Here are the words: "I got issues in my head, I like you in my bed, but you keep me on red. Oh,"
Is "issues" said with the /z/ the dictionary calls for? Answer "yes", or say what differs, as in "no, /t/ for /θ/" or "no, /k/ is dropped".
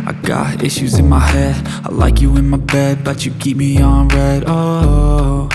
yes